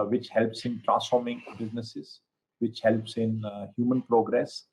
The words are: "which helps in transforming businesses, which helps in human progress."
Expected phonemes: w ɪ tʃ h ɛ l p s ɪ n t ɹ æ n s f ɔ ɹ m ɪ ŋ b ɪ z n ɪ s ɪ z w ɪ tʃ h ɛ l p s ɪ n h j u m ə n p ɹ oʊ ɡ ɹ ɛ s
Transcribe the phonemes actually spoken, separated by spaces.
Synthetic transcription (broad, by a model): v ɪ tʃ h ɛ l p s ɪ n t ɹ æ s f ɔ ɹ m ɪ ŋ b ɪ z n ɪ s ɪ z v ɪ tʃ h ɛ l p s ɪ n h j u m ə n p ɹ oʊ ɡ ɹ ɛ s